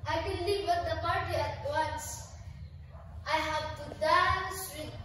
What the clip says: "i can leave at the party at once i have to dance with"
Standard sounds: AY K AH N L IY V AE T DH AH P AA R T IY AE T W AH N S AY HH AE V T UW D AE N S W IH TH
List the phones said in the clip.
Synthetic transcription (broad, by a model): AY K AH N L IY W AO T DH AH P AA R T IY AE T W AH N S AY HH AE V T UW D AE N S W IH